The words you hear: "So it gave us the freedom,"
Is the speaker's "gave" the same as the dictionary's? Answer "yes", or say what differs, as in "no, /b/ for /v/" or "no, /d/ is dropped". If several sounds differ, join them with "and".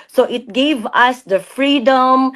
yes